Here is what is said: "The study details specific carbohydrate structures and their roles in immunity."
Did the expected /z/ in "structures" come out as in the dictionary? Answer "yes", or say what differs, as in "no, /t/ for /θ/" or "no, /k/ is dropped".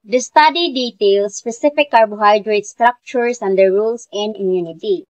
no, /s/ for /z/